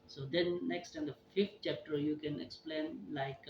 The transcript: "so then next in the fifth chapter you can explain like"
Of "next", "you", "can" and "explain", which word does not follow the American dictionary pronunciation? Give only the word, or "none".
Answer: none